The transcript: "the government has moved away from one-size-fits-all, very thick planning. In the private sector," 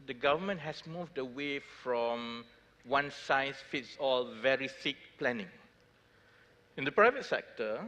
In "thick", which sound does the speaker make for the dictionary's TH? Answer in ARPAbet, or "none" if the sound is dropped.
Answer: S